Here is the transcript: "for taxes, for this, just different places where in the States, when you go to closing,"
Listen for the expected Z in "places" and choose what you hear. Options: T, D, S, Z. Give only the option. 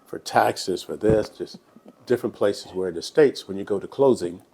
Z